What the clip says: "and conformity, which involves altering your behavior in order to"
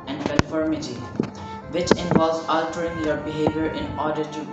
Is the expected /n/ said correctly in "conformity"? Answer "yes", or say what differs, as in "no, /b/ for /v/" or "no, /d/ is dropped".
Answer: no, /l/ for /n/